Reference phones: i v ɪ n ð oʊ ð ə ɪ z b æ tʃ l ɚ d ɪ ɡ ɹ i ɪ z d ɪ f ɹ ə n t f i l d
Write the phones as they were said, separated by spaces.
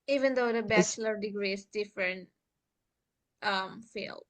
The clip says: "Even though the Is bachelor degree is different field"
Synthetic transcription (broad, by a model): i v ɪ n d oʊ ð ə b æ tʃ l ɚ d ɪ ɡ ɹ i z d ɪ f ɹ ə n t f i l